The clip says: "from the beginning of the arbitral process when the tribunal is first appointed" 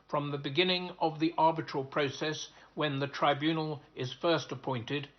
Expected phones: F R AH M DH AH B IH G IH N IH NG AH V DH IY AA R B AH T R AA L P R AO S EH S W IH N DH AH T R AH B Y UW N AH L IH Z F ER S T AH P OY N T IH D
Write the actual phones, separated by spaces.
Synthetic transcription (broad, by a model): F R AH M DH AH B IH G IH N IH NG AH V DH IY AA R B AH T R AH L P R AO S EH S W IH N DH AH T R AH B Y UW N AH L IH Z F ER S T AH P OY N T IH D